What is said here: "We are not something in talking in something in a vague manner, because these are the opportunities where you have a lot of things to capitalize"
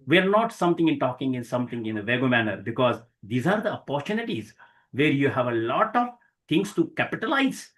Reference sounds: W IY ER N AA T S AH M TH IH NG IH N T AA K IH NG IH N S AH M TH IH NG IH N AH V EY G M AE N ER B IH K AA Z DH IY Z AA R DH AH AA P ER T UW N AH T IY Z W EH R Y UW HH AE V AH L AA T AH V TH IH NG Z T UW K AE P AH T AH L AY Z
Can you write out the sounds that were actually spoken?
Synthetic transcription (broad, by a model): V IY ER N AA T S AH M T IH NG IH N T AA K IH NG IH N S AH M T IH NG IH N AH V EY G M AE N ER B IH K AA Z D IY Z AA R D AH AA P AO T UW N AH T IY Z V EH R Y UW HH AE V AH L AA T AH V T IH NG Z T UW K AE P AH T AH L AY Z